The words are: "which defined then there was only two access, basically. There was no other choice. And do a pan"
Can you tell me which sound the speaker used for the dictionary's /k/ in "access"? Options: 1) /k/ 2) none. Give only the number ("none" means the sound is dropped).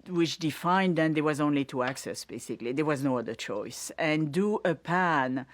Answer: 1